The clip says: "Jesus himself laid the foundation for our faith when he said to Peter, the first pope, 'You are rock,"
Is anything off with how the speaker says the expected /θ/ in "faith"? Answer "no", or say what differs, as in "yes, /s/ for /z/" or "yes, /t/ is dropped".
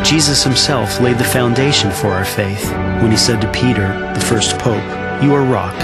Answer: no